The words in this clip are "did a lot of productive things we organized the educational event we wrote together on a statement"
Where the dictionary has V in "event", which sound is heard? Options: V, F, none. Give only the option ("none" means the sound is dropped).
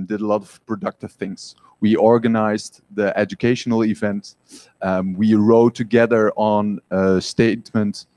V